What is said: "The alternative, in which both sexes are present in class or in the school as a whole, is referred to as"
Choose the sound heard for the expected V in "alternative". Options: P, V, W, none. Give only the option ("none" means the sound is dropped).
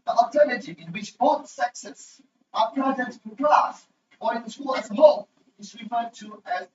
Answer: none